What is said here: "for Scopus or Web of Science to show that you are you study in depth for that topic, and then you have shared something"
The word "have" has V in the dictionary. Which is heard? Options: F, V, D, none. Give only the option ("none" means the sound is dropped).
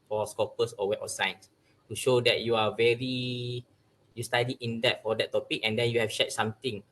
F